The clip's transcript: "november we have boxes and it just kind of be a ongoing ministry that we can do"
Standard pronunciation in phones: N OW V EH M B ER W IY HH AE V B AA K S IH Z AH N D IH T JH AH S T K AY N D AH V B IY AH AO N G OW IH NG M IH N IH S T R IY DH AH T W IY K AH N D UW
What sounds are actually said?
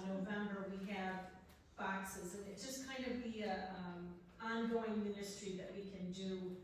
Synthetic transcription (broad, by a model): N OW V EH M B ER W IY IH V B AA K S IH Z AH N IH T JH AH S K AY N D AH V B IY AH AO N G OW IH NG M IH N IH S T R IY DH AH T W IY K AH N D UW